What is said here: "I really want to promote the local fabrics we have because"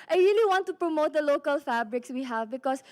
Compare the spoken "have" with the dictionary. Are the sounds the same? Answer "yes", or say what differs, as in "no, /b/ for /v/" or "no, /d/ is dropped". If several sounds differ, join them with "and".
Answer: yes